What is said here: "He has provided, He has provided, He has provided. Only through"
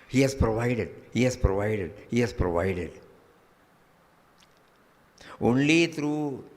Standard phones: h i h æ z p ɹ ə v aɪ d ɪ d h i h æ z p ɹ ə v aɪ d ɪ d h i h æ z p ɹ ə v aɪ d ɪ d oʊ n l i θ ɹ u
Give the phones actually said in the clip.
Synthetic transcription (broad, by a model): h i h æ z p ɹ ə v aɪ d ɪ d h i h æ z p ɹ ə v aɪ d ɪ d h i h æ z p ɹ ə v aɪ d ɪ d oʊ n l i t ɹ u